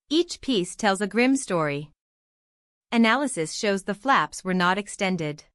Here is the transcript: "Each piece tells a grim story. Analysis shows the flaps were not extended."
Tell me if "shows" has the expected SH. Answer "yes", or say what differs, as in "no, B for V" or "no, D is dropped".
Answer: yes